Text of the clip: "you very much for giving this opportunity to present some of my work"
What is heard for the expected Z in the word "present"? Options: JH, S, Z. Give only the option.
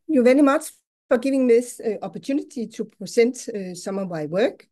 S